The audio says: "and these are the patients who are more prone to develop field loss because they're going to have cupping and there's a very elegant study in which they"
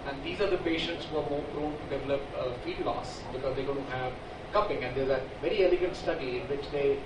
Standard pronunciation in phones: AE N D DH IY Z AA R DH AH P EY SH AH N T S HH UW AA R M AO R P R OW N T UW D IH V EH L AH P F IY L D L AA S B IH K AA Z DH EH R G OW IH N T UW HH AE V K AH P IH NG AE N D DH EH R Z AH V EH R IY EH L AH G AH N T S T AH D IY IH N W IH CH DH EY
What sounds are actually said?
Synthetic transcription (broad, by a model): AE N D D IY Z AA R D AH P EY SH AH N T S HH UW AA R M AO R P R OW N T UW D IH V EH L AH P F IY D L AA S B IH K AA Z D EH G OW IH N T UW HH AE V K AH P IH NG AE N D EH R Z AH V EH R IY EH L AH G AH N T S T AH D IY IH N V IH CH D EY